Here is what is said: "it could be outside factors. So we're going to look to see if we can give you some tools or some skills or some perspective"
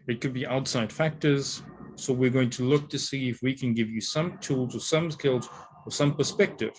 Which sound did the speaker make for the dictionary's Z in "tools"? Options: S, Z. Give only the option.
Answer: Z